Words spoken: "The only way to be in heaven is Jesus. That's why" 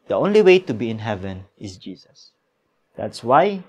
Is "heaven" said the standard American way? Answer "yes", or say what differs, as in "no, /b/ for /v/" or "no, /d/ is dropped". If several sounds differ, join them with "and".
yes